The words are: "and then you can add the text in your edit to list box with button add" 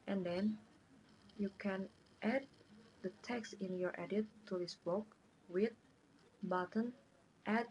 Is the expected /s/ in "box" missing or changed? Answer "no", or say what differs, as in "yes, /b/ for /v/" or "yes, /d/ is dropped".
yes, /s/ is dropped